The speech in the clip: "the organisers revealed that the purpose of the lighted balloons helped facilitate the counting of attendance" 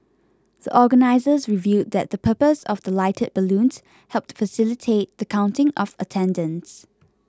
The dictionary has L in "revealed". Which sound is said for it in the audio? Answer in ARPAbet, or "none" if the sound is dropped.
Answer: none